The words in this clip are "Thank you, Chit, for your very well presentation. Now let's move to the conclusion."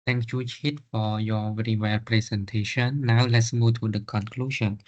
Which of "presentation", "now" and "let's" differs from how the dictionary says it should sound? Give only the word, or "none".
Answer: presentation